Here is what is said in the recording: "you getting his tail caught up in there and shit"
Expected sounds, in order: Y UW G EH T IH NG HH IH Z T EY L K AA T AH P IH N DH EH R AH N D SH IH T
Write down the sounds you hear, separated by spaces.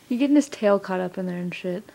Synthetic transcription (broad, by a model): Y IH G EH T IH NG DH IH S T EY L K AA T AH P IH N DH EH R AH N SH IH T